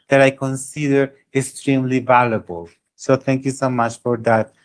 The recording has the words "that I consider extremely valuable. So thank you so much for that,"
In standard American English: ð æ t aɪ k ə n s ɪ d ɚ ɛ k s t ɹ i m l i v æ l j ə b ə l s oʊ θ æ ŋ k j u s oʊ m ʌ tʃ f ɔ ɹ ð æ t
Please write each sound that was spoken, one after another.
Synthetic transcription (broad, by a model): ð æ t aɪ k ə n s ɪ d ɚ ɛ k s t ɹ i m l i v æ l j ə b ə l s oʊ t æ ŋ k j u s oʊ m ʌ tʃ f ɔ ɹ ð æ t